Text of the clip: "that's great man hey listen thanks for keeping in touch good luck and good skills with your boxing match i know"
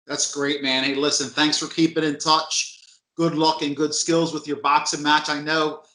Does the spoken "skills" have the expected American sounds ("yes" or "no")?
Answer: yes